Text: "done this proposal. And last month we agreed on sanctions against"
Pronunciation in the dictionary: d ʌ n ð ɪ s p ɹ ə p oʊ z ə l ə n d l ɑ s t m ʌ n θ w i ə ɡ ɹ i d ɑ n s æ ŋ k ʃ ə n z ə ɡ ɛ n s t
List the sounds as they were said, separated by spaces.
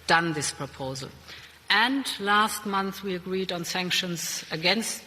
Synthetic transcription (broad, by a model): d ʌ n ð ɪ s p ɹ ə p oʊ z ə l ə n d l ɑ s t m ʌ n θ w i ə ɡ ɹ i d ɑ n s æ ŋ k ʃ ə n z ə ɡ ɛ n s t